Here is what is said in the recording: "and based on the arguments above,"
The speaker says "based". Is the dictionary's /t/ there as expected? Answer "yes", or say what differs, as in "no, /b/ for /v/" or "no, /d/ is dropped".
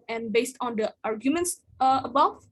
yes